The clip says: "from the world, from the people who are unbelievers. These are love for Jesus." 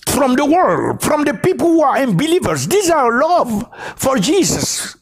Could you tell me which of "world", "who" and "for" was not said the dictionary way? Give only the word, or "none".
none